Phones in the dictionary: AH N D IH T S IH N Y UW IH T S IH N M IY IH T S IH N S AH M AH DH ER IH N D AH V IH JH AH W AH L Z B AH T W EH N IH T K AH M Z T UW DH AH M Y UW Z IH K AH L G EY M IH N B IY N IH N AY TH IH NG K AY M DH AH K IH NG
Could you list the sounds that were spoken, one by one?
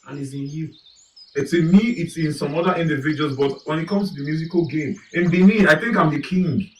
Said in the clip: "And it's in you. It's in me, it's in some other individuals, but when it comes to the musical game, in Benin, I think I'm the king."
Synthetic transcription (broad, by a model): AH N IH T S IH N Y UW IH T S IH N M IY IH T S IH N S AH M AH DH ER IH N D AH V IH JH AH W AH L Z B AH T W EH N IH T K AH M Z T UW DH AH M Y UW Z IH K AH L G EY M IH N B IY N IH AY TH IH NG K AY M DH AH K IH NG